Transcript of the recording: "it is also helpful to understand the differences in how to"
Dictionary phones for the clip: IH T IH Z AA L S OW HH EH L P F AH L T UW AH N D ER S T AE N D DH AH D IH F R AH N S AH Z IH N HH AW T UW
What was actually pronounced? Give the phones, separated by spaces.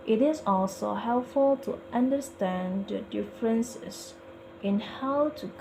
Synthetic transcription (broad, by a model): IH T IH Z AA L S OW HH EH L P F AH L T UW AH N D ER S T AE N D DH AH D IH F R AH N S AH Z IH N HH AW T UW